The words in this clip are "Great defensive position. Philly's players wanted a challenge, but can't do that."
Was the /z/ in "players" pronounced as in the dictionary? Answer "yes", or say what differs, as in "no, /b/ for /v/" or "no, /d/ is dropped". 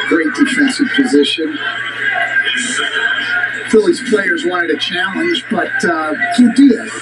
yes